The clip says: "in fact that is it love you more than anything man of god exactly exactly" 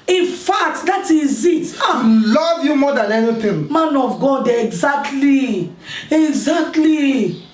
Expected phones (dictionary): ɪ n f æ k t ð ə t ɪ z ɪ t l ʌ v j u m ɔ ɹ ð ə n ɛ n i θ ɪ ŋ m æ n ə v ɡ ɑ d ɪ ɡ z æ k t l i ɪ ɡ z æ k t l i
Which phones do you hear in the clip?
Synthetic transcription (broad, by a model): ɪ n f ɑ k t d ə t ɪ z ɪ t l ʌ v j u m ɔ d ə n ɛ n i t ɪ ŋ m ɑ n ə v ɡ ɑ d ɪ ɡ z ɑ k t l i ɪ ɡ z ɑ k t l i